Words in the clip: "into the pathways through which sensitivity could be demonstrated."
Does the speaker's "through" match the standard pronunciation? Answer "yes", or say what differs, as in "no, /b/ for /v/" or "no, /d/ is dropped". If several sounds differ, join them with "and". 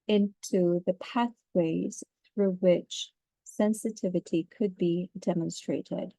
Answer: yes